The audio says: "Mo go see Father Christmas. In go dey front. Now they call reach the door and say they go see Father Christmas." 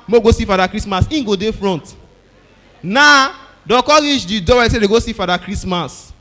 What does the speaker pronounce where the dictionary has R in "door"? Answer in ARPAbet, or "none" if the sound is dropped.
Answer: W